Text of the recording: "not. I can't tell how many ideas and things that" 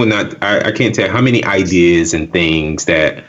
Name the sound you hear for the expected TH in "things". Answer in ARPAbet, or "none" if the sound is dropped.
TH